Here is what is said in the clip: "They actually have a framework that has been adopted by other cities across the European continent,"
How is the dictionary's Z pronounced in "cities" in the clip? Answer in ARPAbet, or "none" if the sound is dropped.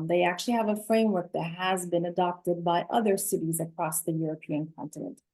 Z